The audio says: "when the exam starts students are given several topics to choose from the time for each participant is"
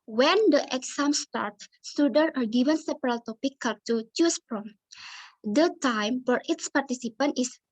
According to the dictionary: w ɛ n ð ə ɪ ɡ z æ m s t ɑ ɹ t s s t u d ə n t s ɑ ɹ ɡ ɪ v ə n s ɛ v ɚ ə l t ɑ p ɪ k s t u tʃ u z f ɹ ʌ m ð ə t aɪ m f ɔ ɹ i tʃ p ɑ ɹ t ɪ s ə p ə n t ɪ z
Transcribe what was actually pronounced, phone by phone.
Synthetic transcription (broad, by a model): w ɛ n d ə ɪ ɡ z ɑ m s t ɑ ɹ t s s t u d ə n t ɑ ɹ ɡ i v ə n s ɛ p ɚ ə l t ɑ p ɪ k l t u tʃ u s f ɹ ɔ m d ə t aɪ m f ɔ ɹ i s p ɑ ɹ t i s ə p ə n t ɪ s